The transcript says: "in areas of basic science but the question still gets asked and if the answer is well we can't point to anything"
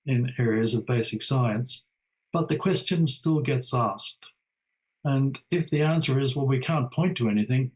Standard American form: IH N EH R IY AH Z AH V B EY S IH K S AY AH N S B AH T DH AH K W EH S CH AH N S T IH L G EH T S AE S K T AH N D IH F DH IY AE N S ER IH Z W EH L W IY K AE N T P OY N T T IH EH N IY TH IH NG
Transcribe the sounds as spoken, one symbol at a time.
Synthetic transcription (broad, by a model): IH N EH R IY AH Z AH V B EY S IH K S AY AH N S B AH T DH AH K W EH S CH AH N S T IH L G EH T S AE S K T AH N IH F DH IY AE N S ER IH Z W EH L W IY K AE N P OY N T T IH EH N IY TH IH NG